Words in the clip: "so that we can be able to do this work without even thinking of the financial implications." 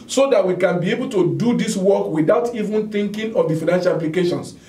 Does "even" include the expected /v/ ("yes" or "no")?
yes